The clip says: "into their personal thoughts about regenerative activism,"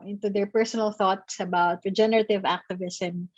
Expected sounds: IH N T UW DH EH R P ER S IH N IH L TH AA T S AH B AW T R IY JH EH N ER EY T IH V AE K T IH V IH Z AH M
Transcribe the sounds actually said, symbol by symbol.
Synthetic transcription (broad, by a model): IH N T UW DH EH R P ER S IH N IH L TH AA T S AH B AW T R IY JH EH N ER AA T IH V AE K T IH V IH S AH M